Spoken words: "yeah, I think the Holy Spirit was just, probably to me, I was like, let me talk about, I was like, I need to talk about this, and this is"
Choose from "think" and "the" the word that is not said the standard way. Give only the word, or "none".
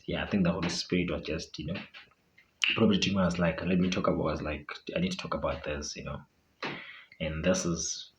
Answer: none